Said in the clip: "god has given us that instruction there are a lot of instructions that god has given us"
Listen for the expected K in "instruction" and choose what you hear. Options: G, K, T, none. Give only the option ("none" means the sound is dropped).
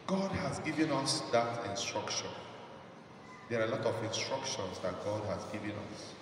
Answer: K